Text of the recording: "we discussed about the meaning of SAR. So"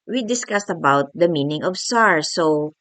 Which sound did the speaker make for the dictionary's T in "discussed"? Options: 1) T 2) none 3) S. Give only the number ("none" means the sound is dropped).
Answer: 1